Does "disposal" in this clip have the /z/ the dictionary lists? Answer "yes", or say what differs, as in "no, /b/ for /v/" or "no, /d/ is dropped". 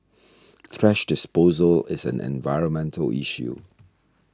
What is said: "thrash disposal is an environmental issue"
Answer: yes